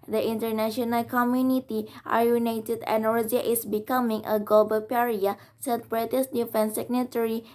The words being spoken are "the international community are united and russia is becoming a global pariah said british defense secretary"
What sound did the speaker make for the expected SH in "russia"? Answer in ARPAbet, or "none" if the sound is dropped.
none